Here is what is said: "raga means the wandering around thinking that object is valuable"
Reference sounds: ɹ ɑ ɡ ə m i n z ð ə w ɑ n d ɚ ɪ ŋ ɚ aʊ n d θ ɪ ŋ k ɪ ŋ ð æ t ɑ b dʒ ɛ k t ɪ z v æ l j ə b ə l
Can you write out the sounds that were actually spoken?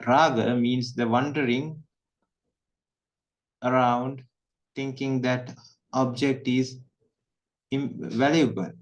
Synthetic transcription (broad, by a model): ɹ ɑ ɡ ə m i n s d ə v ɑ n d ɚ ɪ ŋ ɚ aʊ n d t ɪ ŋ k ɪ ŋ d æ t ɑ b dʒ ɛ k t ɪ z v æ l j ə b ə l